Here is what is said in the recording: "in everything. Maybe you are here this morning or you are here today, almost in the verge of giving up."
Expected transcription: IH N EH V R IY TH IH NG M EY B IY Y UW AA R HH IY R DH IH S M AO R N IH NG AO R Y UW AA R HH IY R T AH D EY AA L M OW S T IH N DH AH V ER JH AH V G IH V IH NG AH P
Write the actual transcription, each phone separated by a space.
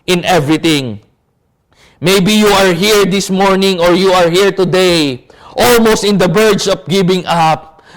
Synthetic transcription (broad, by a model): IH N EH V R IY T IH NG M EY B IY Y UW AA R HH IY R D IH S M AO R N IH NG AO R Y UW AA R HH IY R T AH D EY AA L M OW S T IH N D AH B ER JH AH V G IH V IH NG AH P